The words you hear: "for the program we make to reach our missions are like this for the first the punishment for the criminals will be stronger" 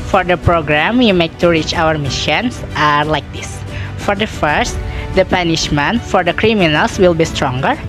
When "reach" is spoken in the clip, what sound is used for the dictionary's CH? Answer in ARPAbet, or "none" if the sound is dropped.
CH